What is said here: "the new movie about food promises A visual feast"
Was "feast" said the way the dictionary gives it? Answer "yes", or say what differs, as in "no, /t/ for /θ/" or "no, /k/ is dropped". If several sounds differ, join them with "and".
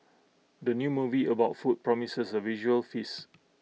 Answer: no, /t/ is dropped